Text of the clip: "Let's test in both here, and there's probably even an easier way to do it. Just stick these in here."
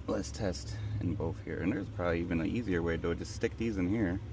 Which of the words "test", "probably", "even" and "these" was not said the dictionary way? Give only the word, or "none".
none